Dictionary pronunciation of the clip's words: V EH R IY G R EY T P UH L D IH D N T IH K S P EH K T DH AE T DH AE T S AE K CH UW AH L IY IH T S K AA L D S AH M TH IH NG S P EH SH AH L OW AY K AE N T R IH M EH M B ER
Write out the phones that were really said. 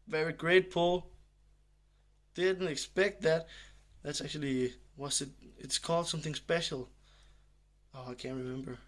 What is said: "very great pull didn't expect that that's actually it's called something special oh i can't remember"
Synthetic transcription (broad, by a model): V EH R IY G R EY T P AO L D IH D N T IH K S P EH K T DH AE T DH AE T S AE K CH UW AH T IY IH T S K AA L D S AH M TH IH NG S P EH SH L OW AY K AE N T R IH M EH M B ER